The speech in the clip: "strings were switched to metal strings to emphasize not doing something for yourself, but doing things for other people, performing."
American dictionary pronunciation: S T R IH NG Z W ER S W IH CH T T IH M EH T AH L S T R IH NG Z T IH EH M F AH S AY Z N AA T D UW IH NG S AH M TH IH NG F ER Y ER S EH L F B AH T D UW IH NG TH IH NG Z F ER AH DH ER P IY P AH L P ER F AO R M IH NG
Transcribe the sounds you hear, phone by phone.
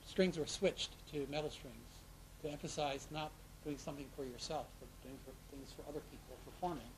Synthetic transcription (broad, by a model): S T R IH NG Z W ER S W IH CH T T IH M EH T L S T R IH NG Z T IH EH M F AH S AY Z N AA T D UW IH NG S AH M TH IH NG F ER Y ER S EH L F B AH T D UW IH NG TH IH NG Z F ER AH DH ER P IY P L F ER F AO R M IH NG